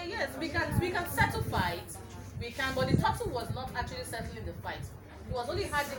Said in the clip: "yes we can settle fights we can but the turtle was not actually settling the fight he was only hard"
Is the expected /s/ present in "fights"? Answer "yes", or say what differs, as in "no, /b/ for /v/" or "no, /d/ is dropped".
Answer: no, /s/ is dropped